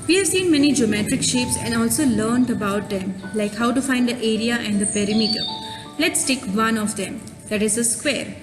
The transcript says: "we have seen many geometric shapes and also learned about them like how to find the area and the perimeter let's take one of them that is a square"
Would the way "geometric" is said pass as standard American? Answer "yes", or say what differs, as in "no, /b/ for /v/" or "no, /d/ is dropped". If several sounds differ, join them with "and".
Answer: yes